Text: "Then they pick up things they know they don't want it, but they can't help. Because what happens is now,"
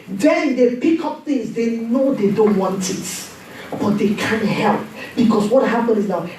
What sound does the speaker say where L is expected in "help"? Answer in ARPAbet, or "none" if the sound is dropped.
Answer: L